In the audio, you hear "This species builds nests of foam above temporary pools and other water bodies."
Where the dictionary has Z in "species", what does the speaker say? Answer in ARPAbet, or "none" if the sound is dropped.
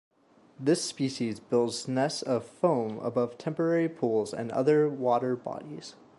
Z